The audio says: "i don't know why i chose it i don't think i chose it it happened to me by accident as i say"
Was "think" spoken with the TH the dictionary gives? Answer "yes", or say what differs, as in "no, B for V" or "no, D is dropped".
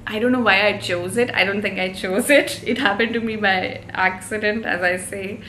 no, T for TH